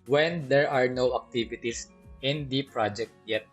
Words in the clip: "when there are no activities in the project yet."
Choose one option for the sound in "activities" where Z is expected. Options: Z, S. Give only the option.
S